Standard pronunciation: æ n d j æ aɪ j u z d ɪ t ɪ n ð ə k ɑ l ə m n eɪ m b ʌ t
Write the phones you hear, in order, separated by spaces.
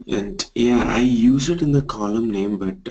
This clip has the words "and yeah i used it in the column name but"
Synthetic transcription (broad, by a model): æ n d j æ aɪ j u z ɪ t ɪ n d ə k ɑ l ə m n eɪ m b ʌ t